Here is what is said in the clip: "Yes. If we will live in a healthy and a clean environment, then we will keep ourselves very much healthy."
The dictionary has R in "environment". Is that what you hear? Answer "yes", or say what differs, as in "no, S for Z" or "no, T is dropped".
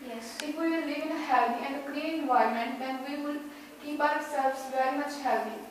no, R is dropped